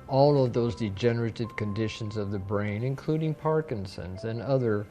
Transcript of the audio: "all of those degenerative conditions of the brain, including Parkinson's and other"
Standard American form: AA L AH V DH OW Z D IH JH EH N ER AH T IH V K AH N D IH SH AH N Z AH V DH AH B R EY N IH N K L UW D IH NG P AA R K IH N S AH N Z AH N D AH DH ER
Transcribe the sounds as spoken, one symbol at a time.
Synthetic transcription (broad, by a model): AA L AH V DH OW Z D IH JH EH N ER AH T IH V K AH N D IH SH AH N Z AH V DH AH B R EY N IH N K L UW D IH NG P AA R K IH N S AH N Z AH N AH DH ER